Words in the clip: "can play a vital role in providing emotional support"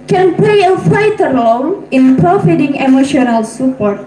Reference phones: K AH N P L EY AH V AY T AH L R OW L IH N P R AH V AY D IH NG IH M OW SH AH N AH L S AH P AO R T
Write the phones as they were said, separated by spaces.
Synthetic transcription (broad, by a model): K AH N P L EY AH F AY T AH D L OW N IH N P R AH F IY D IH NG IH M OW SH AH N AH L S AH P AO R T